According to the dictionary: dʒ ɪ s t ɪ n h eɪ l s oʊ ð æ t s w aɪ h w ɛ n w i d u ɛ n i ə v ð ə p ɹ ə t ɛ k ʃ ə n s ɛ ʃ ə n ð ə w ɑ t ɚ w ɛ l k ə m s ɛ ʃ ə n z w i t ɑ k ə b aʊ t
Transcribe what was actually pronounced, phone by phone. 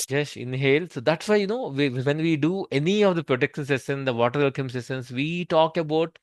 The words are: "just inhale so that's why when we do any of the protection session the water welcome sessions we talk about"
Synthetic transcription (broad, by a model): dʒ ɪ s ɪ n h eɪ l s oʊ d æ t s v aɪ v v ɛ n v i d u ɛ n i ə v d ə p ɹ ə t ɛ k ʃ ə n s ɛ s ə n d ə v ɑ t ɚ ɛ l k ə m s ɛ s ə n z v i t ɑ k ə b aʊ t